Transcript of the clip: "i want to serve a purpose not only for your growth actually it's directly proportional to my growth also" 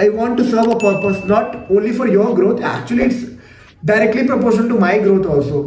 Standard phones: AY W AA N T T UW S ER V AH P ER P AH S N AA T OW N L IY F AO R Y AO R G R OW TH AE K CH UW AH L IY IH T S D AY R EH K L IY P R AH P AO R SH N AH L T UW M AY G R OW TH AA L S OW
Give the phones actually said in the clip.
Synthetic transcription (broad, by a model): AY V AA N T T UW S ER V AH P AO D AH S N AA T OW N L IY F AO R Y AO R G R OW T AE K CH UW AH L IY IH T S D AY R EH K L IY P R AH P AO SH AH N T UW M AY G R OW T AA L S OW